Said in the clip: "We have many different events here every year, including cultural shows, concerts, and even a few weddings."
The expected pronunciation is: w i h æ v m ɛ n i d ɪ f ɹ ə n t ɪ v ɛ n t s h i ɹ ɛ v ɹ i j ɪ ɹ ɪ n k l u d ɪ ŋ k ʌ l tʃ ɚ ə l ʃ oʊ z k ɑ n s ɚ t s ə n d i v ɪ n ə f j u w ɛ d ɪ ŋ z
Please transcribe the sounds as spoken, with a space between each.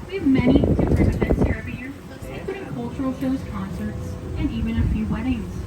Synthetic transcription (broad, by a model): w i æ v m ɛ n i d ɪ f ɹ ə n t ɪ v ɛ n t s h i ɹ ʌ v i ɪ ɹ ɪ k u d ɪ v k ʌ l tʃ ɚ l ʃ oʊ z k ɑ n s ɚ t s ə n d i v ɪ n ə f j u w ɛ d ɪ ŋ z